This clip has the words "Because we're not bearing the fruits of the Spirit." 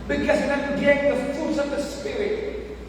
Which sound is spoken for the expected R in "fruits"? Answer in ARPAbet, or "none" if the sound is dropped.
none